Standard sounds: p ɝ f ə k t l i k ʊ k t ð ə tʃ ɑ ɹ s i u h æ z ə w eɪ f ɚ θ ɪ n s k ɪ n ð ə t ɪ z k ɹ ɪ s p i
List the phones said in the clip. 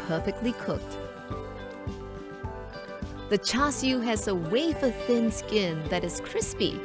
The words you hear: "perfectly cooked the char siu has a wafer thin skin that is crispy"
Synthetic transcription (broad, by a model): p ɝ f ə k t l i k ʊ k t ð ə tʃ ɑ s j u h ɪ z ə w eɪ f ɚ θ ɪ n s k ɪ n ð ə t ɪ z k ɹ ɪ s p i